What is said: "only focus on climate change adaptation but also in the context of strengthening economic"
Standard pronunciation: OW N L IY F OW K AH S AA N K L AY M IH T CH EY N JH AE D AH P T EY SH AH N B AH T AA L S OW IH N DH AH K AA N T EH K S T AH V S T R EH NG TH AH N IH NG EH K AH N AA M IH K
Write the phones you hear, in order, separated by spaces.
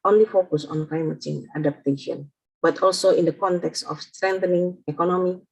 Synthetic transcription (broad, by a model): OW N L IY F OW K AH S AA N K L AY M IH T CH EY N AA D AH P T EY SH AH N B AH T AA L S OW IH N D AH K AA N T EH K S T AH F S T R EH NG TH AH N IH NG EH K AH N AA M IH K